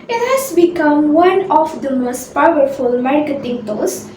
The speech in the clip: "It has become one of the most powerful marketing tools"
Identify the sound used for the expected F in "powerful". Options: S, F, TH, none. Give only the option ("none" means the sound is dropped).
F